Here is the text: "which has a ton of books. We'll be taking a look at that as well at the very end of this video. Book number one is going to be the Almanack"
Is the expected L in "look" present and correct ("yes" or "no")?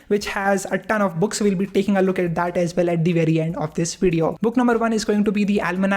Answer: yes